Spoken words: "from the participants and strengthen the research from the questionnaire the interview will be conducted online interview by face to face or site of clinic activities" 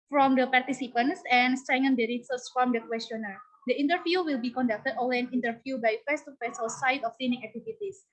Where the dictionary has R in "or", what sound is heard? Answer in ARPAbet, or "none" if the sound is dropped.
L